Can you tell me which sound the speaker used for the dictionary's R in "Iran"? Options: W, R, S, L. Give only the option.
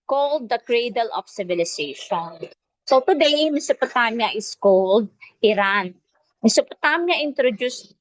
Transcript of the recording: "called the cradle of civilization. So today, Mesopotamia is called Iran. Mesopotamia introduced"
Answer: R